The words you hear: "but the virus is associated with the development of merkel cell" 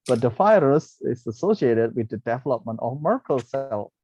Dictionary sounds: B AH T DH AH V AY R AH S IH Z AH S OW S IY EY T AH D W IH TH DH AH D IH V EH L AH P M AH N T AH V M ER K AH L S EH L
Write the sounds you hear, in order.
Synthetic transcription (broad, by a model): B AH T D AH F AY R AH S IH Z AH S OW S IY EY T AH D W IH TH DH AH D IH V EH L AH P M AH N T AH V M ER K AH L S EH L